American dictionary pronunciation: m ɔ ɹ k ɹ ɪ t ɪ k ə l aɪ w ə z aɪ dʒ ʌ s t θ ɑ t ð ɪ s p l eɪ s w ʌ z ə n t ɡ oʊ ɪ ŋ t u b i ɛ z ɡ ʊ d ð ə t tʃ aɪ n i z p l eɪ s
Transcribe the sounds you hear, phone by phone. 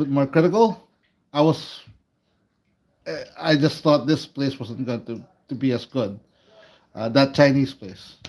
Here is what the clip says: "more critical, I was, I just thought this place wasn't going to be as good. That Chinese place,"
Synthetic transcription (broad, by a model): m ɔ ɹ k ɹ ɪ t ɪ k ə l aɪ w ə s aɪ dʒ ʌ s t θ ɑ t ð ɪ s p l eɪ s w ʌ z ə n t ɡ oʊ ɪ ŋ t u b i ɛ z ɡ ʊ d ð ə t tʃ aɪ n i s p l eɪ s